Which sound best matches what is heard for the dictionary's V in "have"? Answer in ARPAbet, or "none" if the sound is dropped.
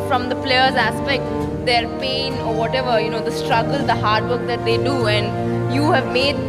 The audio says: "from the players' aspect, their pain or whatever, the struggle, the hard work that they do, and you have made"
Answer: V